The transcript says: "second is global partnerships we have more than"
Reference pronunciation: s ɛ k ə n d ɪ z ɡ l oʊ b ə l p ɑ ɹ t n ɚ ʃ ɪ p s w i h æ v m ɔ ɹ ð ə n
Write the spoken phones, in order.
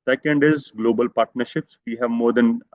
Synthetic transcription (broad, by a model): s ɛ k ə n d ɪ z ɡ l oʊ b ə l p ɑ ɹ t n ɚ ʃ ɪ p s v i h æ v m ɔ ɹ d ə n